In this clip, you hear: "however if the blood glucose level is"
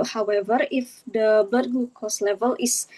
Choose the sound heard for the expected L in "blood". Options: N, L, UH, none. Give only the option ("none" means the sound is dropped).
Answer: none